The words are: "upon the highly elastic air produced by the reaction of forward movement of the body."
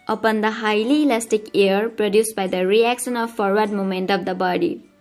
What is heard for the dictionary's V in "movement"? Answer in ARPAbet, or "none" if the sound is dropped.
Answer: none